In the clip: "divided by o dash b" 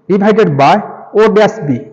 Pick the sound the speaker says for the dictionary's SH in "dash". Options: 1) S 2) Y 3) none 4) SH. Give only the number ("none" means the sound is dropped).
1